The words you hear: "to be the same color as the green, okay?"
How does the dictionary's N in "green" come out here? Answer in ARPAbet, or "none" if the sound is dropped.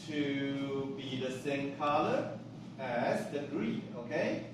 none